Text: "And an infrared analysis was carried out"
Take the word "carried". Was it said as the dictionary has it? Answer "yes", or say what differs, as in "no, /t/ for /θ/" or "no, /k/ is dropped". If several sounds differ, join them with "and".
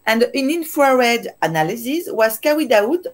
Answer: no, /w/ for /ɹ/